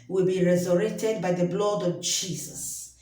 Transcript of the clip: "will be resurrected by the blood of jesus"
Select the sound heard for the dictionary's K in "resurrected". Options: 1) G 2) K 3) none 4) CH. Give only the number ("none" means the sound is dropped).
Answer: 3